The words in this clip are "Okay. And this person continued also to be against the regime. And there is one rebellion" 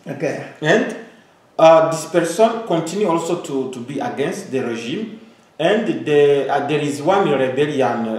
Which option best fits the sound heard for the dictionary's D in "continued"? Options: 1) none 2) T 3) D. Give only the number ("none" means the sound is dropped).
1